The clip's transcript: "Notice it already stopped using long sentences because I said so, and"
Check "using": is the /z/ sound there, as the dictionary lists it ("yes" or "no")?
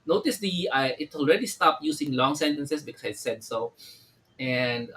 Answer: no